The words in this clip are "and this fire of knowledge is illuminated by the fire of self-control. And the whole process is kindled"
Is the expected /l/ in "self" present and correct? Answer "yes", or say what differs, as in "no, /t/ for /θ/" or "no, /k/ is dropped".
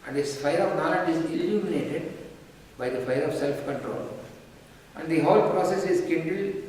yes